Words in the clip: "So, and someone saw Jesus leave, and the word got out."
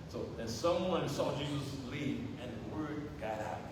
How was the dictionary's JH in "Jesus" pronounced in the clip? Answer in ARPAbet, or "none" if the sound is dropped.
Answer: JH